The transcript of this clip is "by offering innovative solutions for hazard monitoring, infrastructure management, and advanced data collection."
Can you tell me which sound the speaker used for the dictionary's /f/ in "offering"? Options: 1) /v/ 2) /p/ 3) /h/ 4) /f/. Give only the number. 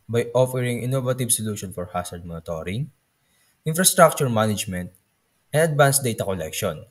4